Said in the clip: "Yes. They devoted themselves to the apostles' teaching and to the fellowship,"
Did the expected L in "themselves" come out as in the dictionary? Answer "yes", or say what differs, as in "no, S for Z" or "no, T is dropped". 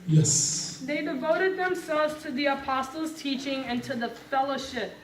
yes